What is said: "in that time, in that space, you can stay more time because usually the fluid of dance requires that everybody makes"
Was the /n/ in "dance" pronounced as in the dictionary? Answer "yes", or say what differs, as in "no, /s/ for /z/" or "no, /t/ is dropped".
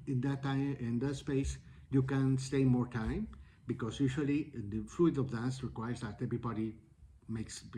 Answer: no, /n/ is dropped